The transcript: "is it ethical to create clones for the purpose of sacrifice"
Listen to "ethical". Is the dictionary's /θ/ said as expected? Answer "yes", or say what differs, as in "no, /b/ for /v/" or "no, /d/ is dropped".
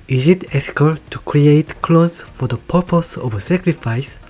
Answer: no, /f/ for /θ/